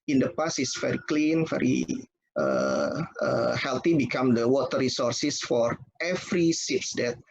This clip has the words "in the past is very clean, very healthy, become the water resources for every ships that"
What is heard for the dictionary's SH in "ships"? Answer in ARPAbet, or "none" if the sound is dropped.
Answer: S